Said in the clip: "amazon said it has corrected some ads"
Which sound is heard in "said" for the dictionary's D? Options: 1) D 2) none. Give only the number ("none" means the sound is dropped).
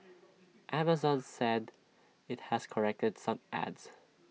1